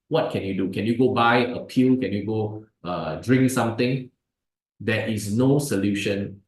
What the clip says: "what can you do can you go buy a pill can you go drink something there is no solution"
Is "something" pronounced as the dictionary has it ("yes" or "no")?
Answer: no